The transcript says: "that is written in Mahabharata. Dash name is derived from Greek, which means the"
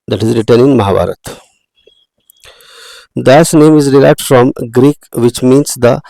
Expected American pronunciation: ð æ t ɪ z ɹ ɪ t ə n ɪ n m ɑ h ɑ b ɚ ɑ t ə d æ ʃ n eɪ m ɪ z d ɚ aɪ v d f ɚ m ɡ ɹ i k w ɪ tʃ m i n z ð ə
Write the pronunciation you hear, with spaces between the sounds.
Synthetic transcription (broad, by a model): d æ t ɪ z ɹ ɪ t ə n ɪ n m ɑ h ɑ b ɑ t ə d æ s n eɪ m ɪ z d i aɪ f d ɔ m ɡ ɹ i k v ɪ tʃ m i n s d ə